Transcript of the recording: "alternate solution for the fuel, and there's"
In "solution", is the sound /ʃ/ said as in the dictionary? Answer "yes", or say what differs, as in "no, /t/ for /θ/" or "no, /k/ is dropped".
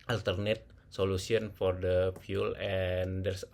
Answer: no, /s/ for /ʃ/